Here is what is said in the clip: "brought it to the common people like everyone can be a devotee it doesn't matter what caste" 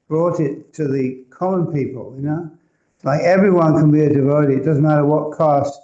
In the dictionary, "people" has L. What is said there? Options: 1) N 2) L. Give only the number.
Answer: 1